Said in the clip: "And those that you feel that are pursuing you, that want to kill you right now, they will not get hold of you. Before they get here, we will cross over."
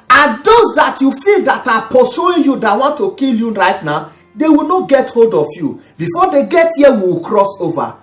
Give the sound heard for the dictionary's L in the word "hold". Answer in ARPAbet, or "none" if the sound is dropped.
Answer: L